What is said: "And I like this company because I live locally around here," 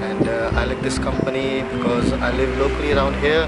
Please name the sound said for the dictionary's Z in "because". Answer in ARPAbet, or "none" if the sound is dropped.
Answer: Z